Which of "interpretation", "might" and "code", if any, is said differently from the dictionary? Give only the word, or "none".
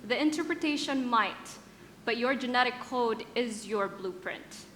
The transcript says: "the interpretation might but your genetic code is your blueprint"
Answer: none